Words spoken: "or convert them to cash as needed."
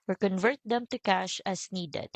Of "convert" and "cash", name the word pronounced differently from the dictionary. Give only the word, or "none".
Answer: none